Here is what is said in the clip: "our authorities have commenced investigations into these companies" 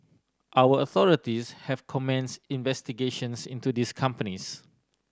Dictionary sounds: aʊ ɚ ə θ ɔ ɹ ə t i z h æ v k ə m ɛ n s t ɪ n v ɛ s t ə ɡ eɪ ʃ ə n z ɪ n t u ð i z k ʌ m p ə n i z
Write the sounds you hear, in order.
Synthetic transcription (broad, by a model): aʊ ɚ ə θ ɔ ɹ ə t i s h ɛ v k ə m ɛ n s ɪ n v ɛ s t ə ɡ eɪ ʃ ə n s ɪ n t u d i s k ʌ m p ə n i s